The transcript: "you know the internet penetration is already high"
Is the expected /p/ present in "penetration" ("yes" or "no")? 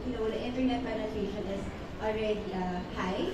no